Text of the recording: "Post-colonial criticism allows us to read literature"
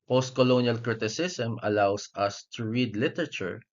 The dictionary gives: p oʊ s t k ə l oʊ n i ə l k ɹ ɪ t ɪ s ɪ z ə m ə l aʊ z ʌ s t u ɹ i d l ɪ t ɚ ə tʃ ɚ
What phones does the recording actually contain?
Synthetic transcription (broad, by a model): p oʊ s t k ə l oʊ n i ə l k ɹ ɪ t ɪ s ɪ s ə m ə l aʊ s ʌ s t u ɹ i d l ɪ t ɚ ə tʃ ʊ